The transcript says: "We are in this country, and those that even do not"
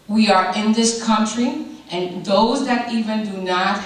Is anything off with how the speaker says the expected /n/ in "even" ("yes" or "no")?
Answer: no